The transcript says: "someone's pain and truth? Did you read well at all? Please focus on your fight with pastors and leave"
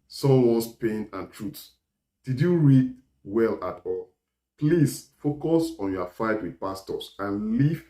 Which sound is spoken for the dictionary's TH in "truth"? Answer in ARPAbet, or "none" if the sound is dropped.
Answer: S